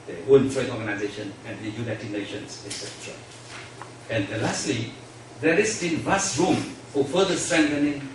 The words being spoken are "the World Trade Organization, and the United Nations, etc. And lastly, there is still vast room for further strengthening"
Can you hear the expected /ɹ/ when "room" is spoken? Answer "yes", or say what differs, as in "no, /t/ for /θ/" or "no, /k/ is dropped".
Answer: yes